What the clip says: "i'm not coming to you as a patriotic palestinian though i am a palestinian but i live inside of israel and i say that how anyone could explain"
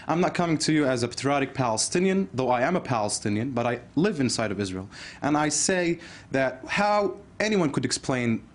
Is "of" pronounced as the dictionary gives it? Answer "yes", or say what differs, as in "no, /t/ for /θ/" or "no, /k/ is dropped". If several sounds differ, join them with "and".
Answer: yes